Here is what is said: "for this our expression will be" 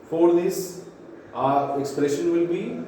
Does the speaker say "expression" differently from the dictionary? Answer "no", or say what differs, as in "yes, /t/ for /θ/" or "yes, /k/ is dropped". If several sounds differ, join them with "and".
no